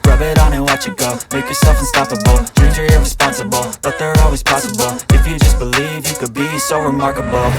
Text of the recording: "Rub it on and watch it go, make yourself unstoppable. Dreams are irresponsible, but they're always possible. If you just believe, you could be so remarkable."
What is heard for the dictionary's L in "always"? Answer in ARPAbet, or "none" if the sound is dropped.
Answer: L